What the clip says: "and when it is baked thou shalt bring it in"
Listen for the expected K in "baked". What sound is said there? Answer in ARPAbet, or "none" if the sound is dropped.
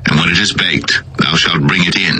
K